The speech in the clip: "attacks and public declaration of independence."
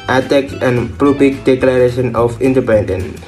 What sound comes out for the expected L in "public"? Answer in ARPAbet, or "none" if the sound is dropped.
none